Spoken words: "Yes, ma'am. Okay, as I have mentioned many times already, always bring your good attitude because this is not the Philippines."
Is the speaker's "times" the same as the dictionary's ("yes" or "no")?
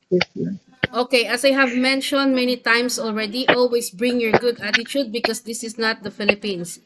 no